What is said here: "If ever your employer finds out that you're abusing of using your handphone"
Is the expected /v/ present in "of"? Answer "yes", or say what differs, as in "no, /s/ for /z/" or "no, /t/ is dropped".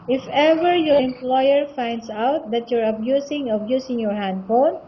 no, /b/ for /v/